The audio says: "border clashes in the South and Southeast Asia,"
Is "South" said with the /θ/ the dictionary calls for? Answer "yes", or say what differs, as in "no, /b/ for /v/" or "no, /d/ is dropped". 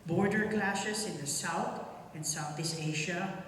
yes